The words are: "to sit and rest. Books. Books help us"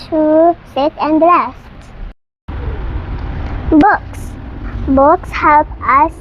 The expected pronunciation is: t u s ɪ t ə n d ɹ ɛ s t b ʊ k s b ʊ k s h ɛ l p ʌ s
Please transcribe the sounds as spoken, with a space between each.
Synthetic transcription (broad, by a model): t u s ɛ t ə n d l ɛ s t b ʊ k s b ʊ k s h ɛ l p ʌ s